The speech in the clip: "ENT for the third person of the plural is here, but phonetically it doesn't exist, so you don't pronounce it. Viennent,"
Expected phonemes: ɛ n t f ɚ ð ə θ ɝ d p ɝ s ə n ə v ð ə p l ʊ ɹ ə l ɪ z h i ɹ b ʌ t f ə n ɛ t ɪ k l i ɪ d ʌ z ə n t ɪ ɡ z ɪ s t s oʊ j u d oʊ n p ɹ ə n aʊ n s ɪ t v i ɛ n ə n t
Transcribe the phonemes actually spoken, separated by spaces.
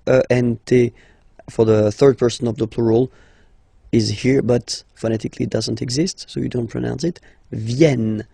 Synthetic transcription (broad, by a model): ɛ n t f ɚ ð ə θ ɝ d p ɝ s ə n ə v ð ə p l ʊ ɹ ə l ɪ z h i ɹ b ʌ t f ə n ɛ t ɪ k l i d ʌ z ə n t ɪ ɡ z ɪ s t s oʊ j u d oʊ n p ɹ ə n aʊ n s ɪ t v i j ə n